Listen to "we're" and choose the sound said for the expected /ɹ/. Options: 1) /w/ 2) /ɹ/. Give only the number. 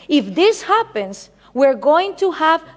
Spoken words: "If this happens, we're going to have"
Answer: 2